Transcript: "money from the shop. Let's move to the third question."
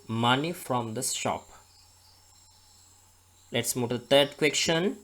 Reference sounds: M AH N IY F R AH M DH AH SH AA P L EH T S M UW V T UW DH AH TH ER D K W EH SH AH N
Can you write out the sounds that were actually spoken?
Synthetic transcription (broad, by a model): M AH N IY F R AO M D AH S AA P L EH T S M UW T UW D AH T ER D K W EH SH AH N